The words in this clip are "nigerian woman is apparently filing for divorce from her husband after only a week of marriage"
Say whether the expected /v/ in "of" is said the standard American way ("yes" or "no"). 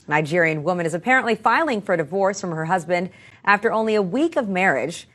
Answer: yes